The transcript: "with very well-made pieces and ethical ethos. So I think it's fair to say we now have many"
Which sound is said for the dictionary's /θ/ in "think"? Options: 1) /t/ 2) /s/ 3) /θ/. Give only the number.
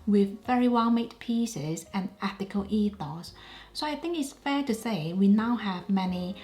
3